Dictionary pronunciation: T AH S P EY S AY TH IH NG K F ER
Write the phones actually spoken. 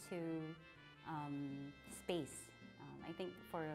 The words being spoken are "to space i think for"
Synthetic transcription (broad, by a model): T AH S P EY S AY TH IH NG K F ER